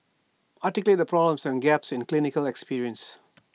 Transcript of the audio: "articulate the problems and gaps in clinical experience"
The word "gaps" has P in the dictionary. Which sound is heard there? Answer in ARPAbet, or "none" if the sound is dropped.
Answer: P